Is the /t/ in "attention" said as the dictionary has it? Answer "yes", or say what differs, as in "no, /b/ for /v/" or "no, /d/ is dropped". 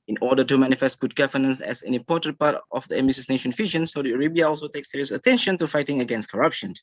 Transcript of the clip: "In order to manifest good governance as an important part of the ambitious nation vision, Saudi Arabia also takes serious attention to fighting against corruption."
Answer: yes